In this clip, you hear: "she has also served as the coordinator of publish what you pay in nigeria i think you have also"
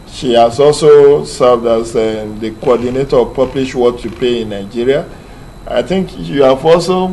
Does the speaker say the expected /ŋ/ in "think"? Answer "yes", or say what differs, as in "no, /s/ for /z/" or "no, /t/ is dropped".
yes